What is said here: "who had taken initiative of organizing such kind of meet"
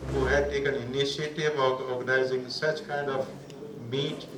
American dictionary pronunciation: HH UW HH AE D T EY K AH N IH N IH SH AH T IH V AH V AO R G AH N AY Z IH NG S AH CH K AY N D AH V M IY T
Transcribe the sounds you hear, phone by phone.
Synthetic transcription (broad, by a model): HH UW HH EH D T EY K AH N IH N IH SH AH T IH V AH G AO R G AH N AY Z IH NG S AH CH K AY N D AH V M IY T